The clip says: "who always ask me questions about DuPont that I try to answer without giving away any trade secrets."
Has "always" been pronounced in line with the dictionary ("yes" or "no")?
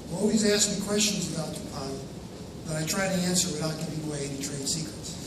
yes